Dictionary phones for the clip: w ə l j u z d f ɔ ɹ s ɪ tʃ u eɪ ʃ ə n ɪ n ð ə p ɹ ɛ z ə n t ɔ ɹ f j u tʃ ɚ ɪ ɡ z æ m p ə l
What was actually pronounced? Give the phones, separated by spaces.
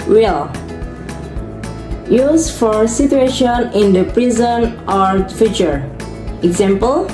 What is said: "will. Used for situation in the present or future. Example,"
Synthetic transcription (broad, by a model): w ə l j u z f ɔ ɹ s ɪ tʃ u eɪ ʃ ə n ɪ n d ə p ɹ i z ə n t ɔ ɹ f j u tʃ ɚ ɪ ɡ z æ m p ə l